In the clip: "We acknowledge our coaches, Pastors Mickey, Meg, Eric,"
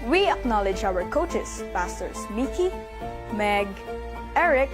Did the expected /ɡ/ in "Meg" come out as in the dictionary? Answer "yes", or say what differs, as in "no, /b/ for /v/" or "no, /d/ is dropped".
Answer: yes